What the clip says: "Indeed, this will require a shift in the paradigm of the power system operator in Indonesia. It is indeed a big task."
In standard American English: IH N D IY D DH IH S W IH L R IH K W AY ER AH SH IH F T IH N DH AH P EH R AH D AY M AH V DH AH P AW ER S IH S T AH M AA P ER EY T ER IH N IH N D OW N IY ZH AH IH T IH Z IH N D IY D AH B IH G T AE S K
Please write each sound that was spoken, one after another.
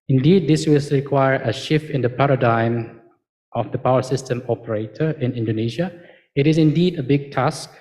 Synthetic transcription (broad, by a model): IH N D IY D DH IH S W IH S R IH K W AY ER AH SH IH F T IH N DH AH P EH R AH D AY M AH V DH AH P AW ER S IH S T AH M AA P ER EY T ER IH N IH N D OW N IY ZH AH IH T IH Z IH N D IY D AH B IH G T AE S K